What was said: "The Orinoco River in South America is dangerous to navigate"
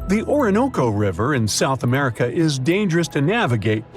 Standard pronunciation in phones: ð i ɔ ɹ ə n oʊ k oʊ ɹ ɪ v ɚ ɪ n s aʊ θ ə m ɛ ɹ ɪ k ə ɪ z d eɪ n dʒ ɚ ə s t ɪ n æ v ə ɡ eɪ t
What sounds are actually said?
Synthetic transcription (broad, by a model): ð i ɔ ɹ ə n oʊ k oʊ ɹ ɪ v ɚ ɪ n s aʊ θ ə m ɛ ɹ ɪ k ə ɪ z d eɪ n dʒ ɚ ə s t ɪ n æ v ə ɡ eɪ t